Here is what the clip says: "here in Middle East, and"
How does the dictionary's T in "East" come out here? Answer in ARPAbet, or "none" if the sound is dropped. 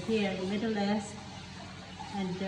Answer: none